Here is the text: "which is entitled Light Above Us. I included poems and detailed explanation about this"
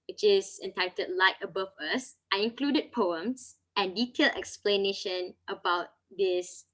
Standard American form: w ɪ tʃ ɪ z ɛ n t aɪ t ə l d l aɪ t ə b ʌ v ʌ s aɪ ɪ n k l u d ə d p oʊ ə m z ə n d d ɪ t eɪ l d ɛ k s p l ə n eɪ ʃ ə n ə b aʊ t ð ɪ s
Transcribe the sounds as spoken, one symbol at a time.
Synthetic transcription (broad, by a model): w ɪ tʃ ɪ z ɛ n t aɪ t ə d l aɪ t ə b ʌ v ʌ s aɪ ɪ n k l u d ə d p oʊ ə m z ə n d d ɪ t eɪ l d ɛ k s p l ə n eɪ ʃ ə n ə b aʊ t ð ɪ s